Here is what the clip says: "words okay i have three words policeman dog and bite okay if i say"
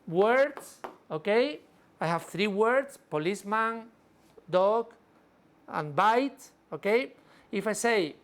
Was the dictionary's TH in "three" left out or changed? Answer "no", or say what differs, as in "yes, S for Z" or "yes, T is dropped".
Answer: no